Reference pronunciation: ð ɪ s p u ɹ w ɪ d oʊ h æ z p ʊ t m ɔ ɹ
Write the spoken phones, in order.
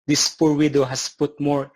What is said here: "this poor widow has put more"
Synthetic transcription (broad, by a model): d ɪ s p u ɹ w ɪ d oʊ h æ s p ʊ t m ɔ ɹ